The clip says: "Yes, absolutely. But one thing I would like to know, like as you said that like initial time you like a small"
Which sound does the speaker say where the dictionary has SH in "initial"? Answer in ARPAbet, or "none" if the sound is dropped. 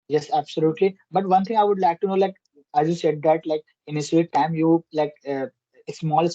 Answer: S